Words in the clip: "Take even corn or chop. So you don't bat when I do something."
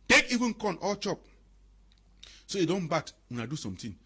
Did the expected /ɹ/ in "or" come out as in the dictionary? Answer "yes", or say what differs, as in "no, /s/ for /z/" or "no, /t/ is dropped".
no, /l/ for /ɹ/